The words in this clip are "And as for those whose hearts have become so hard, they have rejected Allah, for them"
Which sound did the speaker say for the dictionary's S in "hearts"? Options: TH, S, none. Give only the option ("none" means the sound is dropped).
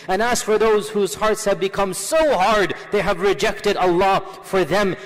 S